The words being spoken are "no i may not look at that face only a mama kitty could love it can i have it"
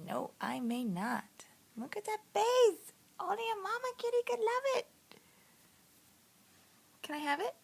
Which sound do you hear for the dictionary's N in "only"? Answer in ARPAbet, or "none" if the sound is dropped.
none